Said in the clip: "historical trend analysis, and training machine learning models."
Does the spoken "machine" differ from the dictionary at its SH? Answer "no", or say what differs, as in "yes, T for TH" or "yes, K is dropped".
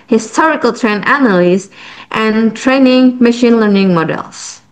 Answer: no